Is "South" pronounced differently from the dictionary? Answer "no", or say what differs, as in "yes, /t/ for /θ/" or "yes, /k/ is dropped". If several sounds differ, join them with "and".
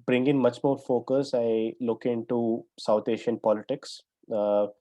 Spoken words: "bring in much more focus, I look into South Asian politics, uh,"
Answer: yes, /t/ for /θ/